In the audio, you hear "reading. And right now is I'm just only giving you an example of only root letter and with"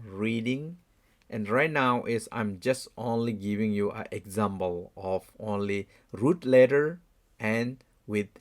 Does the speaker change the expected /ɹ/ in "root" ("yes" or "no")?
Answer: no